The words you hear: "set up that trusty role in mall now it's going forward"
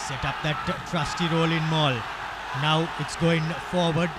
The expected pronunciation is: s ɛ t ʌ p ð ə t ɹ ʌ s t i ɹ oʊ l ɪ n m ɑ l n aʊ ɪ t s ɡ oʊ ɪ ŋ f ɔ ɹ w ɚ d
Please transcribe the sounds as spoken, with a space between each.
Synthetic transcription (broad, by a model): s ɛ t ʌ p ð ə t ɹ ʌ s t i ɹ oʊ l ɪ n m ɑ l n aʊ ɪ t s ɡ oʊ ɪ ŋ f ɔ ɹ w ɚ d